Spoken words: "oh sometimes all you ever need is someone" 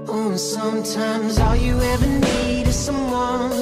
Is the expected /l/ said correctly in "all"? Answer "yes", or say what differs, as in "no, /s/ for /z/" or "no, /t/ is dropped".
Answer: yes